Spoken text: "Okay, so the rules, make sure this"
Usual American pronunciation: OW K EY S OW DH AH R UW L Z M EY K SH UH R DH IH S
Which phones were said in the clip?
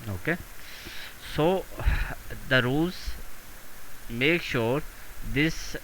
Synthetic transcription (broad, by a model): OW K EY S OW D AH R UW Z M EY K SH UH R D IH S